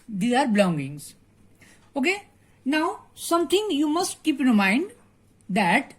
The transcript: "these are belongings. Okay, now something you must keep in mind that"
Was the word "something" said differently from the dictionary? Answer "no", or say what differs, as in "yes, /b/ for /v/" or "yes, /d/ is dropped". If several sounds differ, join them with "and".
yes, /t/ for /θ/